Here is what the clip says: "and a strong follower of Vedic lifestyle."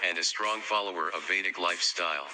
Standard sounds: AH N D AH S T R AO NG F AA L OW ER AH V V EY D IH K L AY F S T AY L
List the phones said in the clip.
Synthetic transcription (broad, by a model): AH N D AH S T R AO NG F AA L OW ER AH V V EY D IH K L AY F S T AY L